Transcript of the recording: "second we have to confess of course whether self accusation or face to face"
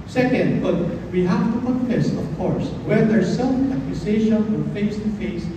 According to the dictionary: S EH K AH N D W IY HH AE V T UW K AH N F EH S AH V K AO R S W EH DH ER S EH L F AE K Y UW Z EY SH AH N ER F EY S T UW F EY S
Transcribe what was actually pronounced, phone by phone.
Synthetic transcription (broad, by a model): S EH K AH N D W IY HH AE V T UW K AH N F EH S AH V K AO R S W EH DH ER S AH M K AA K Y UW S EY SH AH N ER F EY S T UW F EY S